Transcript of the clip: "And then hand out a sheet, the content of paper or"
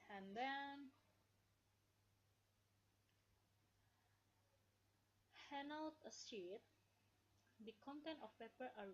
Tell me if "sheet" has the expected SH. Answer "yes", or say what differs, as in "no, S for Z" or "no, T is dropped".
no, S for SH